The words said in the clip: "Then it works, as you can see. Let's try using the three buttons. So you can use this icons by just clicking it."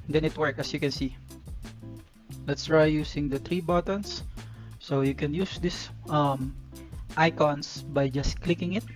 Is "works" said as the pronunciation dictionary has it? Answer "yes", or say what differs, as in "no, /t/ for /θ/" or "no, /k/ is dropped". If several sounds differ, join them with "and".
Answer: no, /s/ is dropped